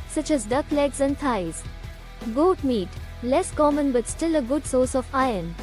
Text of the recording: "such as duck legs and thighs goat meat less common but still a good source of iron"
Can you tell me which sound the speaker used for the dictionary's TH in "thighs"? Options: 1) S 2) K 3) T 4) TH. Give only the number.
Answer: 3